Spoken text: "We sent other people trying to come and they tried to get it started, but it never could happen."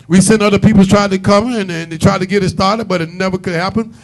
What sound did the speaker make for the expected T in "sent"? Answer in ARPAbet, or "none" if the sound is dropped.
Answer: none